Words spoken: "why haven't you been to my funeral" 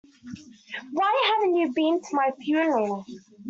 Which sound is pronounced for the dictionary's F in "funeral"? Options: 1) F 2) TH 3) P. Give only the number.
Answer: 3